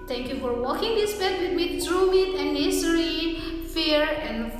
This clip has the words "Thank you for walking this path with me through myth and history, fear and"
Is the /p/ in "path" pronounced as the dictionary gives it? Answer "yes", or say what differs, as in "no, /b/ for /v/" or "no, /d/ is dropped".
no, /b/ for /p/